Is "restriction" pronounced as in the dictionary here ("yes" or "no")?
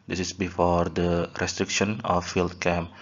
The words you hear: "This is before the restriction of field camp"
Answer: yes